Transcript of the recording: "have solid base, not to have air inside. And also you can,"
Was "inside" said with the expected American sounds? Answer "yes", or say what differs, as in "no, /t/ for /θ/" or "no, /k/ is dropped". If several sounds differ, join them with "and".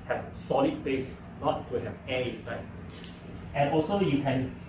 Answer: no, /d/ is dropped